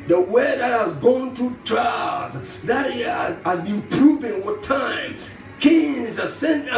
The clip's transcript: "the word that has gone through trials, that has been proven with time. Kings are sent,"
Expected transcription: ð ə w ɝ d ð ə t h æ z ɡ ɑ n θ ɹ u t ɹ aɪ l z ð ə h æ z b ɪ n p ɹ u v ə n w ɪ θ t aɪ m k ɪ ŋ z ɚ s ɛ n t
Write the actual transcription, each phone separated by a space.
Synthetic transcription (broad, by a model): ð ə w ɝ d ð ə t h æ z ɡ ɑ n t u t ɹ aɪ z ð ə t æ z b ɪ n p ɹ u v ə n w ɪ t aɪ m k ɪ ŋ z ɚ s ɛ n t